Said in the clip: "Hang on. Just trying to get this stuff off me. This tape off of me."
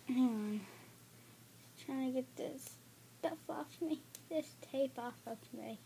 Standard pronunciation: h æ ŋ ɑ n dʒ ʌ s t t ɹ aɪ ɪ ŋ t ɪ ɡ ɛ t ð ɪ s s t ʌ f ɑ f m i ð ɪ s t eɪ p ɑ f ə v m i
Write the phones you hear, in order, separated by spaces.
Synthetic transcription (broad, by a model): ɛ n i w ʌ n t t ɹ aɪ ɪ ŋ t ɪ ɡ ɛ t ð ɪ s s t ʌ f ɑ f m i ð ɪ s t eɪ p ɑ f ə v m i